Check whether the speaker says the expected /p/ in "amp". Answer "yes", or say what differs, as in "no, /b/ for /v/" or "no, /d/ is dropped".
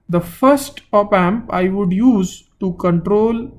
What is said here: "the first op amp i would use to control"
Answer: yes